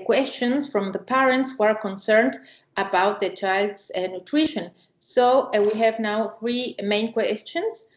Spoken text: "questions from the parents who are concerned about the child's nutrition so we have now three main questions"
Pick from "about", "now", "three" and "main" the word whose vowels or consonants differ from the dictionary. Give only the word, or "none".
none